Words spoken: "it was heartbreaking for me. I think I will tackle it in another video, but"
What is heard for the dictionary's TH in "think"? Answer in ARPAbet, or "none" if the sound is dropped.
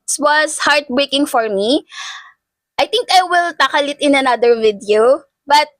T